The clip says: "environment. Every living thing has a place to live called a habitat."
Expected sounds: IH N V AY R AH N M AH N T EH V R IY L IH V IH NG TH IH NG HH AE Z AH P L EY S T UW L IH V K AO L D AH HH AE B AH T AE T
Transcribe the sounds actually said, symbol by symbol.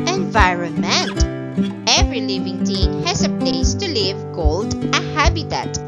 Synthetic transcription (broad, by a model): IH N V AY R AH N M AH N T EH V R IY L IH V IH NG T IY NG HH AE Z AH P L EY S T UW L IH V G AO L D AH HH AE B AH T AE T